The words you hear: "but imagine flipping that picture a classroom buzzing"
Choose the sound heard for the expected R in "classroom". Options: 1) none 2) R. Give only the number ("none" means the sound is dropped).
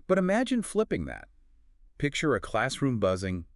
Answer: 2